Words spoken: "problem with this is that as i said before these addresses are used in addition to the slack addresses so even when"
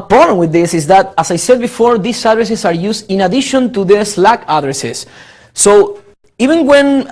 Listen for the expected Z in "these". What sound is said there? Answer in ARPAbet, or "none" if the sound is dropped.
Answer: S